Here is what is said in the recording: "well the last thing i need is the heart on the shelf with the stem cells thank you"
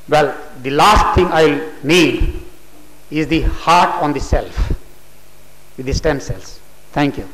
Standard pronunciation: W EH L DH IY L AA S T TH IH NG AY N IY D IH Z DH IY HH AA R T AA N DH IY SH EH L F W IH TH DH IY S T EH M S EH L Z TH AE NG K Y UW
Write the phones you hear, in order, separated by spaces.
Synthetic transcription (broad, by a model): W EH L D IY L AA S T T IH NG AY L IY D IH Z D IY HH AA R T AA N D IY S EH L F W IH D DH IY S T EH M S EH L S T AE NG K Y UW